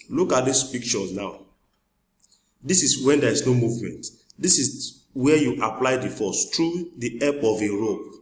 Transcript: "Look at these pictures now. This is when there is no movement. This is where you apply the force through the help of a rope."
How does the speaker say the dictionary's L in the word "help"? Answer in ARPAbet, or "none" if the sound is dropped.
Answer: none